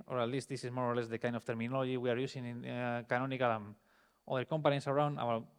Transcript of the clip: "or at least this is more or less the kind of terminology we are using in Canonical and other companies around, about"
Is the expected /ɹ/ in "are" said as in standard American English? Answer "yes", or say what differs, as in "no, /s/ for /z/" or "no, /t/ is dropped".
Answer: yes